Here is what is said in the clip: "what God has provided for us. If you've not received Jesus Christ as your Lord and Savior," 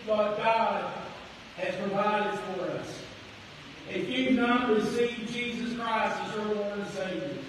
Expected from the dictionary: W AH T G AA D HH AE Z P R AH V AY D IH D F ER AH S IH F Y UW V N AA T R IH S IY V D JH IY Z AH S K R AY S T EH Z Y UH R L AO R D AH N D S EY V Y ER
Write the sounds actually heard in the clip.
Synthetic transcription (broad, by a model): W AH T G AA D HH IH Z P R AH V AY D IH D F ER AH S IH F Y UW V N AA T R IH S IY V JH IY Z AH S K R AY S T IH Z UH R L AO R AH S EY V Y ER